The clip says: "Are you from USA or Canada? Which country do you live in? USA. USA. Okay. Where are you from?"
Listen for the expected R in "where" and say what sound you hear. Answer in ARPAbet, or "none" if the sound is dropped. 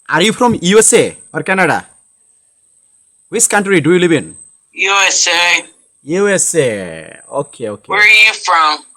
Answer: W